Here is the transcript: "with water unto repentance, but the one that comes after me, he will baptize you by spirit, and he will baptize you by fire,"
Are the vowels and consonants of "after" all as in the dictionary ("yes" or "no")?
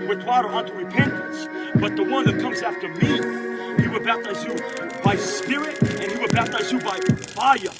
yes